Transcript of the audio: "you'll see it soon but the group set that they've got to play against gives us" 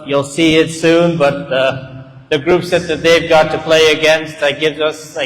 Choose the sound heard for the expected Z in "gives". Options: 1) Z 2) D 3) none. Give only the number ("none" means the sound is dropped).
1